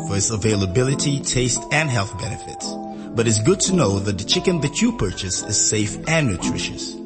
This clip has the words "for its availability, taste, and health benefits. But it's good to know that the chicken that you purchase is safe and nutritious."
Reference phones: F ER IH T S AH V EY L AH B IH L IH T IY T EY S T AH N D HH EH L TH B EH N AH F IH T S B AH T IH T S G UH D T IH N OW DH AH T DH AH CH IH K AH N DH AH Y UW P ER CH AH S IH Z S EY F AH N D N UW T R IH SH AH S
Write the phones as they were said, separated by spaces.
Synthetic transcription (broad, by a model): F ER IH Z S AH V EY L AH B IH L IH T IY T EY S T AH N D HH EH L TH B EH N AH F IH T S B AH T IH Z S G UH D T IH N OW DH AH T DH AH CH IH K AH N DH AH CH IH P ER CH AH S IH Z S EY F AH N N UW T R IH SH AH S